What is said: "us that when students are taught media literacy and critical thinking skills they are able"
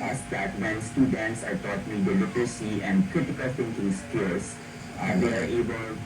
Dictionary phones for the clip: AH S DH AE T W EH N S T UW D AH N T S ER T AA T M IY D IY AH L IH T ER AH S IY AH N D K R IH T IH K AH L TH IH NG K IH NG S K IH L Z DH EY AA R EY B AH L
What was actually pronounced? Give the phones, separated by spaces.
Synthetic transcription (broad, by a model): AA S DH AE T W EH N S T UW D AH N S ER T AA T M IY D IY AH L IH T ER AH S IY AH N D K R IH T IH K AH L F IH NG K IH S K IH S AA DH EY AA R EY B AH L